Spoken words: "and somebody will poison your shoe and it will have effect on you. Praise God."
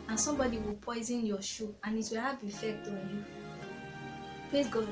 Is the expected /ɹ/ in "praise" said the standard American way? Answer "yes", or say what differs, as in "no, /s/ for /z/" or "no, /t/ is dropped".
no, /l/ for /ɹ/